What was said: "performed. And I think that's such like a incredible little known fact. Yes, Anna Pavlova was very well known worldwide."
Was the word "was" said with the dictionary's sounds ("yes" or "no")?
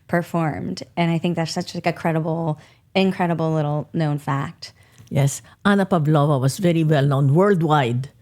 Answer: no